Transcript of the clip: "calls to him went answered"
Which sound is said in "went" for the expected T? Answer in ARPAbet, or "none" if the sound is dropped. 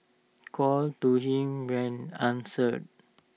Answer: none